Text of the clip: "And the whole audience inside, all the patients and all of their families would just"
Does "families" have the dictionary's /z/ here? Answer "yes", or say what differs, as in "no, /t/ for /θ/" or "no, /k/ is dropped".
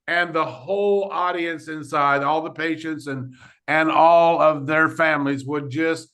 yes